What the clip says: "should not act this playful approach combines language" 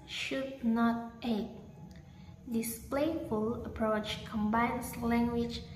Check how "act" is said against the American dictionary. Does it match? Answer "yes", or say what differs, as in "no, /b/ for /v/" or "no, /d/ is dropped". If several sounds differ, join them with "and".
no, /k/ is dropped